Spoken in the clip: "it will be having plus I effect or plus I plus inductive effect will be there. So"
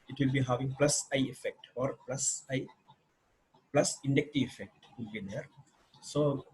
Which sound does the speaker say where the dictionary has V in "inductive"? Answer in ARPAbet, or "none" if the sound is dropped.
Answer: none